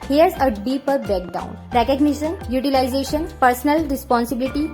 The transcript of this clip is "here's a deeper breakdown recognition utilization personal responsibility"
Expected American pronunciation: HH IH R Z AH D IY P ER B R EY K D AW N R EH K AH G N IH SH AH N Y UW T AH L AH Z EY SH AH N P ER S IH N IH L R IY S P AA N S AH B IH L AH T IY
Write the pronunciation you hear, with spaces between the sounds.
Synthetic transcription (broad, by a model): HH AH R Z AH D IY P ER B EY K D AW N R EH K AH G N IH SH AH N Y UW T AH L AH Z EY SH AH N P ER S N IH L R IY S P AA N S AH B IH L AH T IY